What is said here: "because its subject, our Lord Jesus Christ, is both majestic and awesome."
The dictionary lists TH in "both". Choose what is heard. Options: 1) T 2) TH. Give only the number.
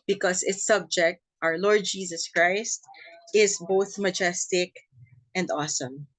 2